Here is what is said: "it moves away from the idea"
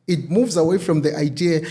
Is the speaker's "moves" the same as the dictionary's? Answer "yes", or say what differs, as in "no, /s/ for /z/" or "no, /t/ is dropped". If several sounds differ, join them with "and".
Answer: yes